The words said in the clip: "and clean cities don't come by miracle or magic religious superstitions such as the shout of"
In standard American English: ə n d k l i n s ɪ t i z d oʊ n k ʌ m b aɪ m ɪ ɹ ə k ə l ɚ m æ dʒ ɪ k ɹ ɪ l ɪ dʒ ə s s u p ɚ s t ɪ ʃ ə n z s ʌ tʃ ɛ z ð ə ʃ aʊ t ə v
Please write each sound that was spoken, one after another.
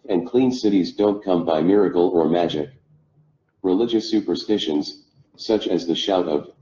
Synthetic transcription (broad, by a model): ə n k l i n s ɪ t i z d oʊ n k ʌ m b aɪ m ɪ ɹ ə k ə l ɚ m æ dʒ ɪ k ɹ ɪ l ɪ dʒ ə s s u p ɚ s t ɪ ʃ ə n z s ʌ tʃ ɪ z ð ə ʃ aʊ t ə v